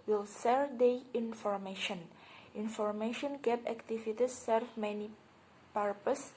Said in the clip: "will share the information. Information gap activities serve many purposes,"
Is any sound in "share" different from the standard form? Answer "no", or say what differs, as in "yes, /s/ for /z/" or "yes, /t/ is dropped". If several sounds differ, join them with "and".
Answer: yes, /s/ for /ʃ/